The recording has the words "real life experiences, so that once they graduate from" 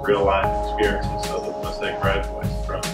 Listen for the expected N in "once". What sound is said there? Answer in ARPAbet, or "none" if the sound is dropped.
none